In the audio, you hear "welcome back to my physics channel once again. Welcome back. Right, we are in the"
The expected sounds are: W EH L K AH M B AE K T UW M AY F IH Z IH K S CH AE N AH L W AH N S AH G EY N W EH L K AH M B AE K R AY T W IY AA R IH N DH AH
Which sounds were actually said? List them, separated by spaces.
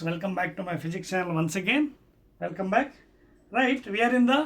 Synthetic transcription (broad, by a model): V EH L K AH M B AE K T UW M AY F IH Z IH K CH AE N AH L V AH N S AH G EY N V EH L K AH M B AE K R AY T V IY AA R IH N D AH